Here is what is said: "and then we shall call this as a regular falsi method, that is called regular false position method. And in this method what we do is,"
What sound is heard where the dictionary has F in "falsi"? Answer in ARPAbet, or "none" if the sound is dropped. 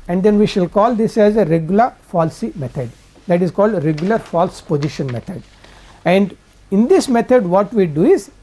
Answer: F